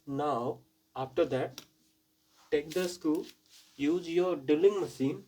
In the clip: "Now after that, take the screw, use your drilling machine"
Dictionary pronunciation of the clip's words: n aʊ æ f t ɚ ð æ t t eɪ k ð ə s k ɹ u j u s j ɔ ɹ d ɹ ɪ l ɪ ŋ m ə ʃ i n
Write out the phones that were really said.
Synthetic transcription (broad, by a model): n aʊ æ f t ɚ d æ t t eɪ k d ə s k u j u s j ɔ ɹ d ɪ l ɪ ŋ m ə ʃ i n